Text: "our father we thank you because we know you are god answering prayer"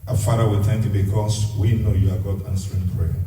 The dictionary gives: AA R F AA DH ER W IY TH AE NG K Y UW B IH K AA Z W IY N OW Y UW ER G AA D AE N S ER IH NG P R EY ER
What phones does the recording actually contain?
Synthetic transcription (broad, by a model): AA F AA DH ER W IY T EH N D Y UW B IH K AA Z W IY N OW Y UW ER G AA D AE N S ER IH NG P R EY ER